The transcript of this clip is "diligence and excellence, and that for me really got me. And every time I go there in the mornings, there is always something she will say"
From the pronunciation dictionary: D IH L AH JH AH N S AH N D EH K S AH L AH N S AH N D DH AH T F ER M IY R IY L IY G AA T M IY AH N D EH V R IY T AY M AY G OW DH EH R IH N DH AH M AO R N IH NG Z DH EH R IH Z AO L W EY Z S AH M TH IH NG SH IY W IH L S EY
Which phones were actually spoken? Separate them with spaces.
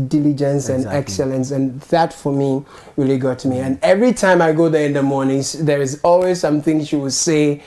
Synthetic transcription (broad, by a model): D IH L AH JH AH N S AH N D EH K S AH L AH N S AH N DH AH T F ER M IY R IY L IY G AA T M IY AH N EH V R IY T AY M AY G OW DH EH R IH N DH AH M AO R N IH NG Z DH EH R IH Z AO L W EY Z S AH M TH IH NG SH IY W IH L S EY